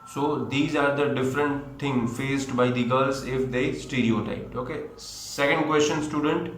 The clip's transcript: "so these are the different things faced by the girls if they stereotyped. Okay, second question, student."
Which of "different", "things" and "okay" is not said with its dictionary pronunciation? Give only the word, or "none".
things